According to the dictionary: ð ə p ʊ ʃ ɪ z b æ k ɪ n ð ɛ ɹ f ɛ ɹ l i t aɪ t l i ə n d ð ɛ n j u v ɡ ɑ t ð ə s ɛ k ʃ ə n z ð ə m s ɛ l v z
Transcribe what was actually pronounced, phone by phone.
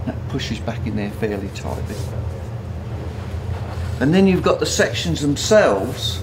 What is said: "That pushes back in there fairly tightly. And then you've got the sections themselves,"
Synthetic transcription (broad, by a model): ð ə p ʊ ʃ ɪ z b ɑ k ɪ n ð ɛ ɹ f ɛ l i t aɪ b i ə n ð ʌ n j u v ɡ ɑ t ð ə s ɛ k ʃ ə n z ð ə m s ɛ l v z